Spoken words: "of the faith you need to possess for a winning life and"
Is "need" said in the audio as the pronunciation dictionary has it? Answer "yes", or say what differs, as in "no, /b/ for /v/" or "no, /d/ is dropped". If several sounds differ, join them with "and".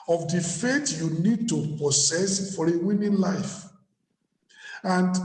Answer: yes